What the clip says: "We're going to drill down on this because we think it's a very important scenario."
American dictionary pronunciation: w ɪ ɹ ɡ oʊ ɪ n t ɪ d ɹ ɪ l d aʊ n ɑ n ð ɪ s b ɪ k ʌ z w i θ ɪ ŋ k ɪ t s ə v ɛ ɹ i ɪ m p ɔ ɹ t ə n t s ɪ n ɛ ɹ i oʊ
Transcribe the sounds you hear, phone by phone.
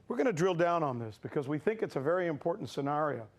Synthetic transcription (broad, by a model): w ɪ ɹ ɡ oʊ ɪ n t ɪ d ɹ ɪ l d aʊ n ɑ n ð ɪ s b ɪ k ʌ z w i θ ɪ ŋ k ɪ t s ə v ɛ ɹ i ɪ m p ɔ ɹ t n t s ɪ n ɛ ɹ i oʊ